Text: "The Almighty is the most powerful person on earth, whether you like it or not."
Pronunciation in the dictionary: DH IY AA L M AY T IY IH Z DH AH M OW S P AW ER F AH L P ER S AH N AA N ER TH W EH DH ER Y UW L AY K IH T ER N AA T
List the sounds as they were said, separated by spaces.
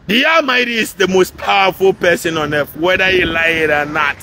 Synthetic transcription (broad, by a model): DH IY AA L M AY T IY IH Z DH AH M OW S P AW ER F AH L P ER S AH N AA N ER F W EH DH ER Y UW L AY IH T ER N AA T